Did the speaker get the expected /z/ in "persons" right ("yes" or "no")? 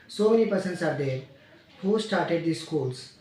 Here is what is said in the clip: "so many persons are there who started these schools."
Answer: no